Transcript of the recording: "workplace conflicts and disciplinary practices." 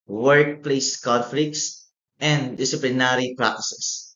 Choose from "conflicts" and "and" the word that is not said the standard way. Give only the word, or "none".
none